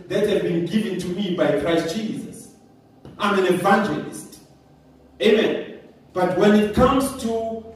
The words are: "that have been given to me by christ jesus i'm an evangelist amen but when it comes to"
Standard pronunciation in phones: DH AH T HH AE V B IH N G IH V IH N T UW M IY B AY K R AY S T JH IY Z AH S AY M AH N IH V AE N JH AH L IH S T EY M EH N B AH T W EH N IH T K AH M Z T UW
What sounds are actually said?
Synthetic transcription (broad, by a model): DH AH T HH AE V B IH N G IH V IH N T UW M IY B AY K R AY S T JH IY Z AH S AY M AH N IH V AE N JH AH L IH S T EY M EH N B AH T W EH N IH T K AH M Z T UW